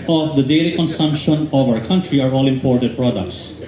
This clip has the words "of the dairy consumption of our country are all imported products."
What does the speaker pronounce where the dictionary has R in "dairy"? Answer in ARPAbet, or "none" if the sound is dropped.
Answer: L